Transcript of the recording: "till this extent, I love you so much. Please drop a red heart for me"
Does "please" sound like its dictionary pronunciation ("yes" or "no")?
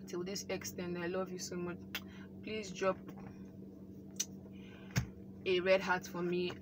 yes